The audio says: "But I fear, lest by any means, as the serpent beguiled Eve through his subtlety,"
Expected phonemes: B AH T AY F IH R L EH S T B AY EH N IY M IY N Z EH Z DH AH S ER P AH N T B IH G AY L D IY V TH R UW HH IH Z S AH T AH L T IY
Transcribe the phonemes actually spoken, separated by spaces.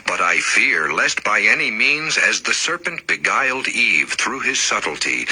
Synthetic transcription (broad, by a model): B AH T AY F IH R L EH S T B AY EH N IY M IY N Z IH Z DH AH S ER P AH N T B IH G AY L D IY V TH R UW IH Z S AH T L T IY